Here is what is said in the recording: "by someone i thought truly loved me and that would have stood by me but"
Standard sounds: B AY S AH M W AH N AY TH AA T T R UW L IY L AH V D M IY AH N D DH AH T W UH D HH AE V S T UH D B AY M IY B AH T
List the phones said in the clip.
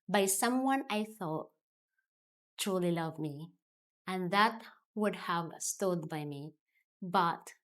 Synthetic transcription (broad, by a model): B AY S AH M W AH N AY TH AA T T R UW L IY L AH V M IY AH N DH AH T W UH D HH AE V S T UH D B AY M IY B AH T